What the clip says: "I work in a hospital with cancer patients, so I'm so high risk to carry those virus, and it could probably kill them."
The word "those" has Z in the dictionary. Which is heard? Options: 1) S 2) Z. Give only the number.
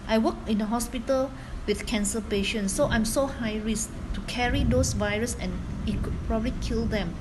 1